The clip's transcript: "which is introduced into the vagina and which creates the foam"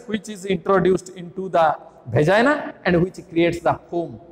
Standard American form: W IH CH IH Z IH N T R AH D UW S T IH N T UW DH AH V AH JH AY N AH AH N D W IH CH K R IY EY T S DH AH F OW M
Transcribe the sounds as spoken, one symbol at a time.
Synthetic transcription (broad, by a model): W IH CH IH Z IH N T R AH D UW S T IH N T UW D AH B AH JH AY N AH AH N D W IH CH K R IY EY T S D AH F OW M